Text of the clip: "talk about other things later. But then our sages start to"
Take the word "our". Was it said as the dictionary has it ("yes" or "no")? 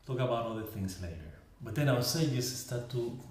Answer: no